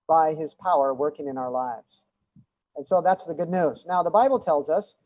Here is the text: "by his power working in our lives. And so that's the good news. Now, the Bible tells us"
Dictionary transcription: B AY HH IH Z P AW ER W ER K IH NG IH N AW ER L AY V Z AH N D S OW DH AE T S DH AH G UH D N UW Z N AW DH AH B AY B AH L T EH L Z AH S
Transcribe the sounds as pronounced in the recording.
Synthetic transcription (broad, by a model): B AY IH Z P AW ER W ER K IH NG IH N AW ER L AY V Z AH N S OW DH AE T S DH AH G UH D N UW Z N AW DH AH B AY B L T EH L Z AH S